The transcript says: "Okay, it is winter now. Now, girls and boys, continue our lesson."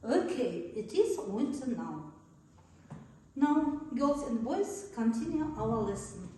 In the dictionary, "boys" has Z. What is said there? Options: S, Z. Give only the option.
S